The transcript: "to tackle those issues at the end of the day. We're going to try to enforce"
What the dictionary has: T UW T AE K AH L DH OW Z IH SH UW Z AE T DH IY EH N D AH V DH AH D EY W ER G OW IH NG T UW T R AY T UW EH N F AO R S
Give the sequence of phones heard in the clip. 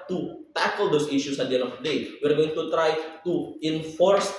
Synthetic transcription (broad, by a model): T UW T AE K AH L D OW S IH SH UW S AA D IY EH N AH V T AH D EY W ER G OW IH NG T UW T R AY T UW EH N F AO R S